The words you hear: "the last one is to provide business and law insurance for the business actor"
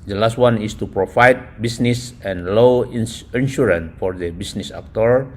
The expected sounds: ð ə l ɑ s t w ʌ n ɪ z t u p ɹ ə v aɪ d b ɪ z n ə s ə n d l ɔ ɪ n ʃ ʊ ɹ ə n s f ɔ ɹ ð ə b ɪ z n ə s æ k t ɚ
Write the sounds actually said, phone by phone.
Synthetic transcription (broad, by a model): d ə l ɑ s t w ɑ n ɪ s t u p ɹ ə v aɪ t b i s n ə s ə n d l ɔ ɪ n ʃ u ɹ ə n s f ɔ ɹ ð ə b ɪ s n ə s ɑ k t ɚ